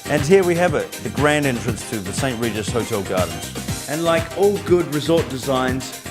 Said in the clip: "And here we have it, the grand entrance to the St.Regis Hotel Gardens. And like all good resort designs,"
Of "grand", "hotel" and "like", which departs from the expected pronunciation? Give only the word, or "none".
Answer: none